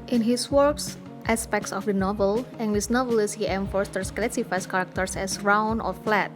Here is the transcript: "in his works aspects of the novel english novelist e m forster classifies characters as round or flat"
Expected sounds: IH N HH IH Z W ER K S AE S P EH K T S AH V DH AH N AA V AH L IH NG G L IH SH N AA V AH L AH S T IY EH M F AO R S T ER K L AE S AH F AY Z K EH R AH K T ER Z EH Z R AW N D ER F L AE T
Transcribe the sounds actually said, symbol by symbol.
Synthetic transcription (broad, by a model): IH N HH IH S W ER K S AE S P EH K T S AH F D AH N AA V AH L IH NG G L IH S N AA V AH L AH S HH IY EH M F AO R S T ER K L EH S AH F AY S K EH R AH K T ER S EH S R AW N AO F L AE T